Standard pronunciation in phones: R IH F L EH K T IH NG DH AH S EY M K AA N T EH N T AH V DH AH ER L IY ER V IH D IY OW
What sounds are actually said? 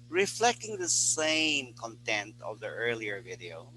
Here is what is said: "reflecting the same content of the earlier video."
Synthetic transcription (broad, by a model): R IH F L EH K T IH NG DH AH S EY M K AA N T EH N T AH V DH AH ER L IY ER V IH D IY OW